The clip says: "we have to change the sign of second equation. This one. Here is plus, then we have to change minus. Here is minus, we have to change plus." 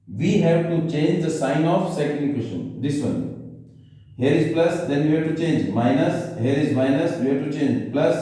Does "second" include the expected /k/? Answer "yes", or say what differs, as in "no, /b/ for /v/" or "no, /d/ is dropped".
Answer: no, /k/ is dropped